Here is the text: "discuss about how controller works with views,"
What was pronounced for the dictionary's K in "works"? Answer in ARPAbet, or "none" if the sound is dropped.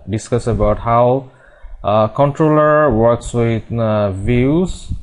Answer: K